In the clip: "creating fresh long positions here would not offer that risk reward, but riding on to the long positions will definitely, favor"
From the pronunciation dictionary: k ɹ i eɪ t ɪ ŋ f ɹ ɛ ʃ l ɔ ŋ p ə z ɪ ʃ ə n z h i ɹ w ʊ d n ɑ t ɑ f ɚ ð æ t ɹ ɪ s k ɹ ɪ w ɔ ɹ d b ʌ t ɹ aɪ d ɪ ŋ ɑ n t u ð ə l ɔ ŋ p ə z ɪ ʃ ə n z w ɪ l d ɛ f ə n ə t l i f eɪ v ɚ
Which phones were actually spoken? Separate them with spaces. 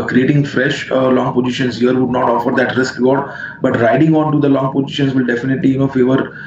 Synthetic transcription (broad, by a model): k ɹ i eɪ t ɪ ŋ f ɹ ɛ ʃ l ɔ ŋ p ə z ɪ ʃ ə n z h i ɹ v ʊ d n ɑ t ɑ f ɚ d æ t ɹ ɪ s k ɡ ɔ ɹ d b ʌ t ɹ aɪ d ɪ ŋ ɑ n t u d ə l ɔ ŋ p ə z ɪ ʃ ə n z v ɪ l d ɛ f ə n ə t l i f eɪ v ɚ